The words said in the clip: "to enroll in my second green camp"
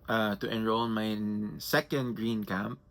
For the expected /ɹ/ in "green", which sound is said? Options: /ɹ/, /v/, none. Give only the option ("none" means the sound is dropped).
/ɹ/